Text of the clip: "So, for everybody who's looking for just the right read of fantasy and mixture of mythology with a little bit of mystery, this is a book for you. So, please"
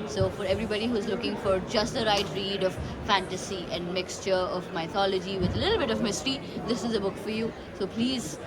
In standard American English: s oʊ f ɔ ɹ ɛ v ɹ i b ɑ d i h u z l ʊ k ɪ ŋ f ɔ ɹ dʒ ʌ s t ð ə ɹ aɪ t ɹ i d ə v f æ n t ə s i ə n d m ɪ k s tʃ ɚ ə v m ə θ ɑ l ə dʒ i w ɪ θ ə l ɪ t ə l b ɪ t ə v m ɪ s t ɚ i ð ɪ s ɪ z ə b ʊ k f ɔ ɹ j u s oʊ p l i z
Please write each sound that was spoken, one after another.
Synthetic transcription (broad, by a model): s oʊ f ɔ ɹ ɛ v ɹ i b ɑ d i h u z l ʊ k ɪ ŋ f ɔ ɹ dʒ ʌ s t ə ɹ aɪ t ɹ i d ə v f æ n t ə s i ə n d m ɪ k s tʃ ɚ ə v m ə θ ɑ l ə dʒ i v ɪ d ə l ɪ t l b ɪ t ə v m ɪ s t ɚ i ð ɪ s ɪ z ə b ʊ k f ɔ ɹ j u s oʊ p l i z